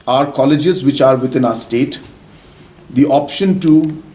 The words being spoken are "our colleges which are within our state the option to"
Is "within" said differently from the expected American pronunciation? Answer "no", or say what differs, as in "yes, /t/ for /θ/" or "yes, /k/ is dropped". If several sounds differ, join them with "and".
yes, /t/ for /θ/